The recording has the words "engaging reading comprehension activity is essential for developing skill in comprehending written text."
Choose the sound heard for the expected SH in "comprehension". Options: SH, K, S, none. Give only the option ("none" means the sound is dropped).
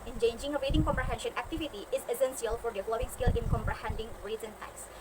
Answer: SH